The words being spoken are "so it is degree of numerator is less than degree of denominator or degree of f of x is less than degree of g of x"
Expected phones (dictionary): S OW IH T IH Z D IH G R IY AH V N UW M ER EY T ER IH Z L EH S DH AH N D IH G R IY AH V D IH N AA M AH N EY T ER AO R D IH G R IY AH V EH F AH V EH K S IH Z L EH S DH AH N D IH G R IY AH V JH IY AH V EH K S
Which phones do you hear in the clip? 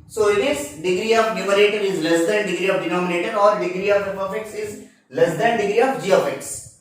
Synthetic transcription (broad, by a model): S OW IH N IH S D IH G R IY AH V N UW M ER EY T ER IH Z L EH S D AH N D IH G R IY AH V D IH N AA M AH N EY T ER AO R D IH G R IY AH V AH P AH F EH K S IH Z L EH S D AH N D IH G R IY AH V JH IY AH F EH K S